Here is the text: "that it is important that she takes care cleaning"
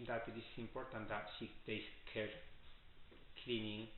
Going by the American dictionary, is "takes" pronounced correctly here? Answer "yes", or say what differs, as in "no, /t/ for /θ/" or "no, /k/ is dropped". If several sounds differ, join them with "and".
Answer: no, /k/ is dropped